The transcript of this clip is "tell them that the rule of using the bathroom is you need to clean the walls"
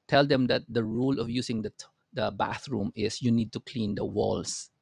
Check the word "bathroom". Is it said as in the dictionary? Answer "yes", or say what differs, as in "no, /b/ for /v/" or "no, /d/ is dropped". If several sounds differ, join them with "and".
yes